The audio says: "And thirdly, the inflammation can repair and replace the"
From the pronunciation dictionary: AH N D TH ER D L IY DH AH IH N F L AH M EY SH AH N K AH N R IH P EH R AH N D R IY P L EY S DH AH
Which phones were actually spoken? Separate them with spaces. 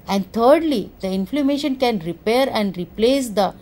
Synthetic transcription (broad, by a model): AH N D T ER D L IY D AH IH N F L AH M EY SH AH N K AH N R IH P EH R AH N D R IY P L EY S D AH